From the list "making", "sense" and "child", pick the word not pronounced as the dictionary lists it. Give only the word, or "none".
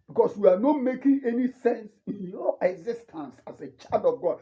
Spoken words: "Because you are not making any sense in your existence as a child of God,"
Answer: child